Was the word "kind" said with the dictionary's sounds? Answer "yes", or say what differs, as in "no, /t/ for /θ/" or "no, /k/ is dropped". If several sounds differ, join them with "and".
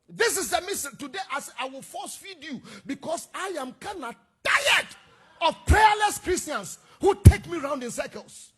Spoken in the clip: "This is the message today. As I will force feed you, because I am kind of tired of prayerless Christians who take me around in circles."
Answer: no, /d/ is dropped